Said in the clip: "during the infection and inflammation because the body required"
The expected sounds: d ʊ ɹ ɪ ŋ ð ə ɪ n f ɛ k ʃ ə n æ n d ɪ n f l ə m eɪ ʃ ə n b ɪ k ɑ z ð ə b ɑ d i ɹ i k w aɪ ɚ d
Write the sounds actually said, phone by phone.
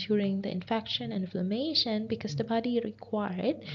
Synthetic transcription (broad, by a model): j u ɹ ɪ ŋ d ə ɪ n f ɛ k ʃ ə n n ɪ n f l ə m eɪ ʃ ə n b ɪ k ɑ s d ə b ɑ d i ɹ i k w aɪ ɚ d